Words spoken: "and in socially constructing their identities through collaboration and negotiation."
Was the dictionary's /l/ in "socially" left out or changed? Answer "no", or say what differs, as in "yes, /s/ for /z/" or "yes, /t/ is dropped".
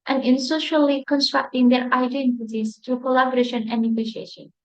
no